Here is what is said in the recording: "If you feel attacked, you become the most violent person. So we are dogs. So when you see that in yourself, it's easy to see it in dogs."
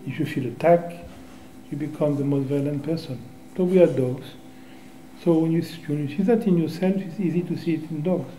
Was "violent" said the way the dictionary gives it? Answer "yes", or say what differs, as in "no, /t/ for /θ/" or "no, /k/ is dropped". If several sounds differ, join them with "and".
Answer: yes